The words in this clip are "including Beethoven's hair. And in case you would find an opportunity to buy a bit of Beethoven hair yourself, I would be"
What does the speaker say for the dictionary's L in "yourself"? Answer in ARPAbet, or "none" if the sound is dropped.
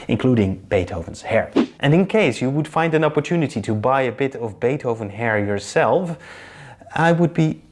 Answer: L